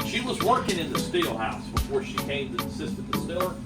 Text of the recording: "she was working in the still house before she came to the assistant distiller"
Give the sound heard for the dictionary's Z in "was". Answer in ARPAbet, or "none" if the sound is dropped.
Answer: Z